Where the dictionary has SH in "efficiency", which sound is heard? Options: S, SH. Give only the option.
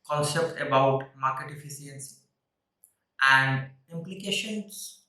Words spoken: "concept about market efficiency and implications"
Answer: S